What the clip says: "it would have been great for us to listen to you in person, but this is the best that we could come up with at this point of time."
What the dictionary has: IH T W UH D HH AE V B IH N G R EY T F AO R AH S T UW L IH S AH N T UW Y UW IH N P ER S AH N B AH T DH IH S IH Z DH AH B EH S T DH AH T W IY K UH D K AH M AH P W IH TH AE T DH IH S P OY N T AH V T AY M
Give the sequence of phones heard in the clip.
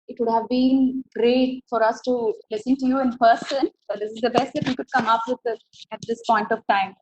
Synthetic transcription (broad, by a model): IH T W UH D HH AE V B IH N G R EY T F AO R AH S T UW L IH S AH N T UW Y UW IH N P ER S AH N B AH T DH IH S IH Z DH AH B EH S T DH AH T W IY K UH D K AH M AH P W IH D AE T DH IH S P OY N T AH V T AY M